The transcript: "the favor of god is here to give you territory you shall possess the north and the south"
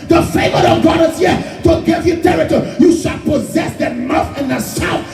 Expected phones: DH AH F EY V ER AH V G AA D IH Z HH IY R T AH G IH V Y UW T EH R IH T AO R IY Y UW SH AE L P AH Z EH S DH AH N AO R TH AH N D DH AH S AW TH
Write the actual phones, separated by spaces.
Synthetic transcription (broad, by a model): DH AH F EY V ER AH G AA D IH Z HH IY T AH G IH V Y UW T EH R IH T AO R Y UW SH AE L P AH Z EH S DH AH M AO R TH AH N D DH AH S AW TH